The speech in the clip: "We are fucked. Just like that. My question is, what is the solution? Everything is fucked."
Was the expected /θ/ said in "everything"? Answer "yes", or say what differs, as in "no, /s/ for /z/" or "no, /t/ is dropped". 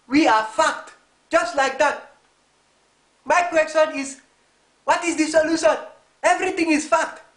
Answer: no, /t/ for /θ/